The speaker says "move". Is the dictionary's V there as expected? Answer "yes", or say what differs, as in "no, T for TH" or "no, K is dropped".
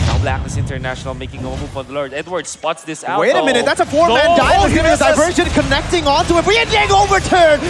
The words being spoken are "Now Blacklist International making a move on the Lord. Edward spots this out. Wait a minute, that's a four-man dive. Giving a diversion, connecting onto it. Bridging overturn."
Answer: no, P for V